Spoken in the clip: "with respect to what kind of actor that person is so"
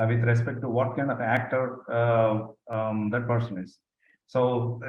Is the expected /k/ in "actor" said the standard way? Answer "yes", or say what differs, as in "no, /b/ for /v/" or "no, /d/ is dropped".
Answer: yes